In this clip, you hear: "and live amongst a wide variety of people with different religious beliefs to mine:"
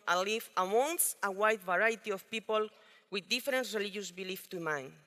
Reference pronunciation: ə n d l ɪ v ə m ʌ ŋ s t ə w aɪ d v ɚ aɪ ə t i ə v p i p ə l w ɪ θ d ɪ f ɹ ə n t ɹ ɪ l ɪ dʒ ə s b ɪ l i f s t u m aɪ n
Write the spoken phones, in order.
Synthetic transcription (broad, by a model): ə l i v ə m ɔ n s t ə w aɪ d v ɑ aɪ t i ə f p i p ə l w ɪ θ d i f ɹ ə n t ɹ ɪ l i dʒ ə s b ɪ l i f t u m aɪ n